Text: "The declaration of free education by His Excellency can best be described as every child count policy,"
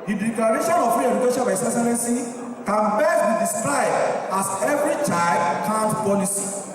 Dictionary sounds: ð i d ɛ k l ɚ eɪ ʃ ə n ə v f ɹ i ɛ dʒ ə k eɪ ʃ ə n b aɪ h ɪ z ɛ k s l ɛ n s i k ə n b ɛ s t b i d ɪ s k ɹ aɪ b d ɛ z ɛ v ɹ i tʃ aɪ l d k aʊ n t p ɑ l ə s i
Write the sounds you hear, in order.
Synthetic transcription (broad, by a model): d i d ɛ k l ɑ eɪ ʃ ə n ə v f i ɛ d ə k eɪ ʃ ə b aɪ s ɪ s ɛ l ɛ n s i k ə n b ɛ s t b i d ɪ s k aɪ d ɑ s ɛ v ɹ i tʃ aɪ l d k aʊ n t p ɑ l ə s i